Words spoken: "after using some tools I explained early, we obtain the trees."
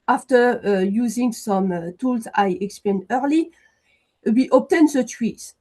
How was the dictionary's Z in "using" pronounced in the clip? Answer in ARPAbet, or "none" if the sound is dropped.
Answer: Z